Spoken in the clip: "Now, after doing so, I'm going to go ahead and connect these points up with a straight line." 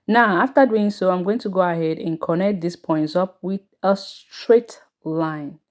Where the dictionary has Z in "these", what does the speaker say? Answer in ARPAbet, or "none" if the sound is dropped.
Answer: S